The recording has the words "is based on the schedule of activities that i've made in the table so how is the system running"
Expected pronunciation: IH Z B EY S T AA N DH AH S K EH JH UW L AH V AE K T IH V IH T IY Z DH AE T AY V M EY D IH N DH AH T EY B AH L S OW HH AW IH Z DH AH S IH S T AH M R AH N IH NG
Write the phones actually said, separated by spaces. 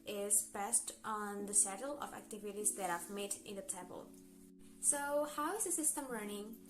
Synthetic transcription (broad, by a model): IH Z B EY S T AA N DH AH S EH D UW L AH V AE K T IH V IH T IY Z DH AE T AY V M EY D IH N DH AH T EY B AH L S OW HH AW IH Z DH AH S IH S T AH M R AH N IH NG